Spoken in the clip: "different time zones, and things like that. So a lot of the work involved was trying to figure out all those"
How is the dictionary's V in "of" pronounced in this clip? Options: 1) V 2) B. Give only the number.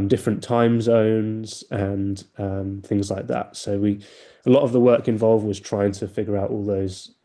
1